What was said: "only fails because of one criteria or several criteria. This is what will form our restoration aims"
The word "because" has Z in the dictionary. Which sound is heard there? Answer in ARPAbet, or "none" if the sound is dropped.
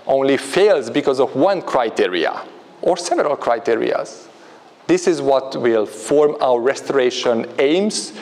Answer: Z